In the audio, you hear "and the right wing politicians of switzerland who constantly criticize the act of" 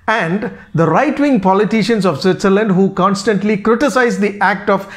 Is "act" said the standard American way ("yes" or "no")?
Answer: yes